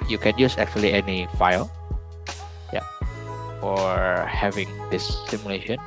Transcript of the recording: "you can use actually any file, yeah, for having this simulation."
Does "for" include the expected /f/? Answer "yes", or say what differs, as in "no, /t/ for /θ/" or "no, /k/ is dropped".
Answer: no, /p/ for /f/